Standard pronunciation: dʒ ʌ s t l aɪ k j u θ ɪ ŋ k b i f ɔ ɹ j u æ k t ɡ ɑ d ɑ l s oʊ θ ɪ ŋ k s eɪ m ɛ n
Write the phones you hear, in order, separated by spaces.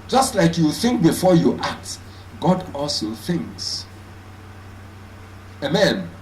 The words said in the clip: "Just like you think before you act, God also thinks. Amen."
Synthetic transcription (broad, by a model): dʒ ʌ s t l aɪ k j u θ ɪ ŋ k b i f ɔ j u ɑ k t ɡ ɑ d ɑ l s oʊ θ ɪ ŋ k s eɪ m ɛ n